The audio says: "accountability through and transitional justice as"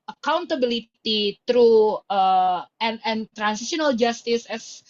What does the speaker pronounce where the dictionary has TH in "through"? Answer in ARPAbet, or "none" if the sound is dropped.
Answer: T